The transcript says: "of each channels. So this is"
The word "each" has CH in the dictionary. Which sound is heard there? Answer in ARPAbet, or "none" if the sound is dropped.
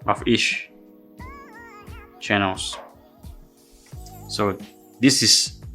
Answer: SH